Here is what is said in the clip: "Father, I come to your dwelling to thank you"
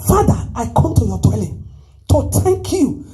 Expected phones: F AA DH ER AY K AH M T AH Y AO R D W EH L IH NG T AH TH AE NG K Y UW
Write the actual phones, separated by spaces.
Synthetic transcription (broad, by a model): F AA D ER AY K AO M T AH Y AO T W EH L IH T AH T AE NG K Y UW